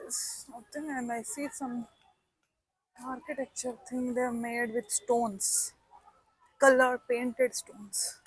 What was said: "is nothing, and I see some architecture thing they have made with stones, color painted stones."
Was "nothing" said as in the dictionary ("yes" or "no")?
no